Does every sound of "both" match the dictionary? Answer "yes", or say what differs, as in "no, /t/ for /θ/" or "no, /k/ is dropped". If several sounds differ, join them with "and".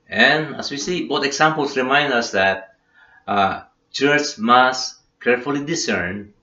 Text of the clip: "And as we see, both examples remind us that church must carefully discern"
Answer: no, /t/ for /θ/